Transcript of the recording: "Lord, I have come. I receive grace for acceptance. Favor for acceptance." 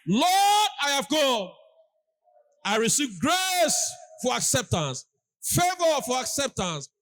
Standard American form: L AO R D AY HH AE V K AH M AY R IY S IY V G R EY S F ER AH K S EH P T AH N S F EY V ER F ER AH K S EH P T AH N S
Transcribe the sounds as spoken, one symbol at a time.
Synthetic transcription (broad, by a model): L AO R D AY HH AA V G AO AY R IY S IY V G R EY S F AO AH K S EH P T AH N S F EY V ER F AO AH K S EH P T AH N S